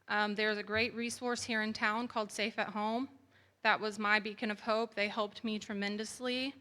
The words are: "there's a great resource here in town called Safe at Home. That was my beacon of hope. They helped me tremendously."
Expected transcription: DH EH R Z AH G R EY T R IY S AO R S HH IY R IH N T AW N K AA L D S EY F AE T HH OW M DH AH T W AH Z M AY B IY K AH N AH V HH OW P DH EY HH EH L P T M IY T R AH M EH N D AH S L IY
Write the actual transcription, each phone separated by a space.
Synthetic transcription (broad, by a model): DH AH R Z AH G R EY T R IY S AO R S HH IY R IH N T AW N K AA L D S EY F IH T HH OW M DH AH T W AH Z M AY B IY K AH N AH V HH OW P DH EY HH EH L P T M IY T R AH M EH N D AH S L IY